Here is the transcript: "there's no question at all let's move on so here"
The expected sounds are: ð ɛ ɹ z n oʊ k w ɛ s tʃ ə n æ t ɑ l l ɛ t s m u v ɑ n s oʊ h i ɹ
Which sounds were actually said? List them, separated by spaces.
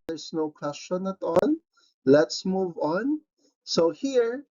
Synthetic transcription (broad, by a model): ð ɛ ɹ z n oʊ k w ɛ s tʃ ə n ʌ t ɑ n l ɛ t s m u v ɑ n s oʊ h i ɹ